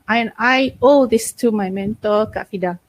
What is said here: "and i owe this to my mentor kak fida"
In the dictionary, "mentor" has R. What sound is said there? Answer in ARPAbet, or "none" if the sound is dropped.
L